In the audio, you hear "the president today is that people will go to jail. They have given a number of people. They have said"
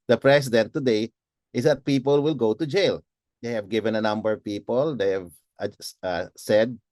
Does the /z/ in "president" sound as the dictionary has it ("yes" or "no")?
no